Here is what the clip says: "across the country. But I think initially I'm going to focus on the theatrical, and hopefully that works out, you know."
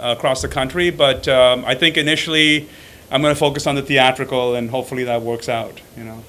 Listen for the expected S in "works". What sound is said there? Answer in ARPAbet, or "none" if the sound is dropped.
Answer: S